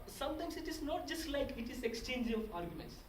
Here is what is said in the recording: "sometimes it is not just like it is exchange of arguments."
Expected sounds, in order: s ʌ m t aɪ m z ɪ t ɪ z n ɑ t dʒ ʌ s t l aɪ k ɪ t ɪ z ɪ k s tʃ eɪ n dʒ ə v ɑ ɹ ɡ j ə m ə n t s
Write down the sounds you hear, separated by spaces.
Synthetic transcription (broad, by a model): s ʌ m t aɪ m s ɪ t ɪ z n ɑ t dʒ ʌ s t l aɪ k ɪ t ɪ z ɪ k s tʃ eɪ n dʒ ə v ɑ ɹ ɡ j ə m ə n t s